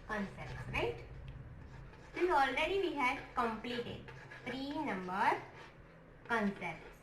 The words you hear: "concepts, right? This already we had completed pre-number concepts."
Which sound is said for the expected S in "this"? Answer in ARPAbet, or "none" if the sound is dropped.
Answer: none